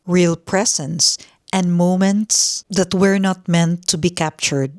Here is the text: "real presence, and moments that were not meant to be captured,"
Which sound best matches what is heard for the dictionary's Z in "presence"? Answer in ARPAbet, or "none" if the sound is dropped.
S